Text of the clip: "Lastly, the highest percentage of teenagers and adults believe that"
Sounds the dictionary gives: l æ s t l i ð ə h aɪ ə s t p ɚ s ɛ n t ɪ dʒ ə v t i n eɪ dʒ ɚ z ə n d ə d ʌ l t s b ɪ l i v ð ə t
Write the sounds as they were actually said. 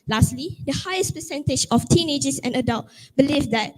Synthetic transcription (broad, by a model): l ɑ s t l i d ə h aɪ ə s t p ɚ s ɛ n t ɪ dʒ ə f t i n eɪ dʒ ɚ s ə n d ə d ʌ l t b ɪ l i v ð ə t